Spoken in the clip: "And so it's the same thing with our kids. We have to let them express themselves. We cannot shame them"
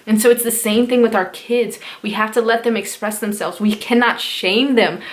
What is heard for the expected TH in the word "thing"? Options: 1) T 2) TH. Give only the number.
2